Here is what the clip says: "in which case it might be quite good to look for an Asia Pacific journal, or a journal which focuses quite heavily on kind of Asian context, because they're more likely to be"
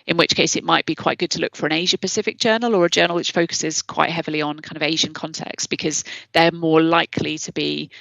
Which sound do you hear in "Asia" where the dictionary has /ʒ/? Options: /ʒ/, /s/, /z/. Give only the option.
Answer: /ʒ/